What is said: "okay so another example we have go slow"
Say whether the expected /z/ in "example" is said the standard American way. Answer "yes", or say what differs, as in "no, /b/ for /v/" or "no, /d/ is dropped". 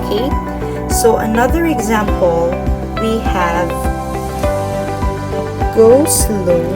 yes